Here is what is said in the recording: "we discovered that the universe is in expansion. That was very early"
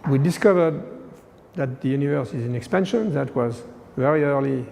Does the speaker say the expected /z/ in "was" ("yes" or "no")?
yes